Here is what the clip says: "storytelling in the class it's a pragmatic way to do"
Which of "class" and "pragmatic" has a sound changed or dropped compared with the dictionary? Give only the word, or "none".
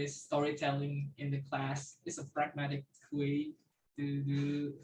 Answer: none